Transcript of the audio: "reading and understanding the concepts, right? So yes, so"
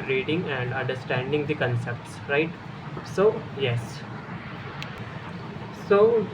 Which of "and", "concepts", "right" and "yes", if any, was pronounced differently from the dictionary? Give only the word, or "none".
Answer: none